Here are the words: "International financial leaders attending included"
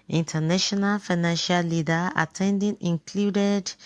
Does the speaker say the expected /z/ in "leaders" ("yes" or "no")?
no